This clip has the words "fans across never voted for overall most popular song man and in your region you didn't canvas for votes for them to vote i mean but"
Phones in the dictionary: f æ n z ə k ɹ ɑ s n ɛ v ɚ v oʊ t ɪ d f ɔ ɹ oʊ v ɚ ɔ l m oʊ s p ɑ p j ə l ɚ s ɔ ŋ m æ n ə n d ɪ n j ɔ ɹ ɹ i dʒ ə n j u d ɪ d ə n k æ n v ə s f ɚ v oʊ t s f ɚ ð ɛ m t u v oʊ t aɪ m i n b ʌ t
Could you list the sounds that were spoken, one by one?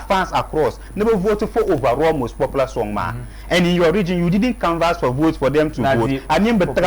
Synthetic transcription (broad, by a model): f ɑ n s ə k ɹ ɑ s n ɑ b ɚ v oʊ t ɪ f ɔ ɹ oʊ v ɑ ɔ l m oʊ s p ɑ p l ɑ s ɔ ŋ m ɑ ə n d ɪ n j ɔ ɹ ɹ i dʒ ə n j u d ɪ d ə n k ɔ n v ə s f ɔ v oʊ t s f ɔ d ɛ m t u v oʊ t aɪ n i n b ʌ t